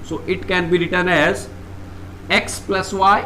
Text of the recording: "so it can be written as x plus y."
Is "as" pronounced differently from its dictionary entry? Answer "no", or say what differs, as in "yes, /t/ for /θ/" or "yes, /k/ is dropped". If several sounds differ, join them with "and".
no